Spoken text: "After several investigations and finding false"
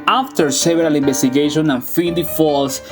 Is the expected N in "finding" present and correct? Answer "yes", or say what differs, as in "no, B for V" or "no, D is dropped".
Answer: no, N is dropped